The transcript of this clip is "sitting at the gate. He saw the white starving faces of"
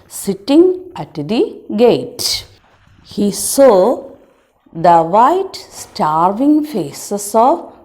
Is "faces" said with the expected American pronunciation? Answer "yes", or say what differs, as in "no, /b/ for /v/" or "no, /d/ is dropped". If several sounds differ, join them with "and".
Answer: no, /s/ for /z/